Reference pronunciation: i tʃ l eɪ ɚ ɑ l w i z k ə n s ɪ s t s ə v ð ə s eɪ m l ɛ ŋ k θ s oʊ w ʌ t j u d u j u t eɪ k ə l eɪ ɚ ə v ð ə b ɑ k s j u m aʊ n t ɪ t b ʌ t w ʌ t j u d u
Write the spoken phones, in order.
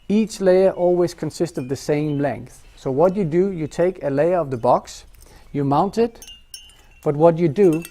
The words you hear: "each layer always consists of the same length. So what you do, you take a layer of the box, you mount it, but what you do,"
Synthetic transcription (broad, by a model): i tʃ l eɪ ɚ ɑ l w i z k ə n s ɪ s t s ə v ð ə s eɪ m l ɛ ŋ k θ s oʊ w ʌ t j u d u j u t eɪ k ə l eɪ ɚ ə v ð ə b ɑ k s j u m aʊ n t ɪ t b ʌ t w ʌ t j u d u